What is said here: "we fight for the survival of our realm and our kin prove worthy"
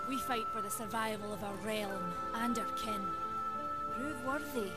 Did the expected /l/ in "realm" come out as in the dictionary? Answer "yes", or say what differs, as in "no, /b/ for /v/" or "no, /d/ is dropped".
yes